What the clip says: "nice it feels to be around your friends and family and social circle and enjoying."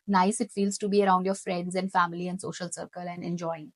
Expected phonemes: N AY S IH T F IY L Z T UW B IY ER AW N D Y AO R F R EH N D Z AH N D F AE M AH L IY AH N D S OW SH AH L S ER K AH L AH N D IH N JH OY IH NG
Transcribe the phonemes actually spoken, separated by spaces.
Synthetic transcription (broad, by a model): N AY S IH T F IY L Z T UW B IY ER AW N D Y AO R F R EH N D Z AH N D F AE M AH L IY AH N D S OW SH AH L S ER K AH L AH N D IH N JH OY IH NG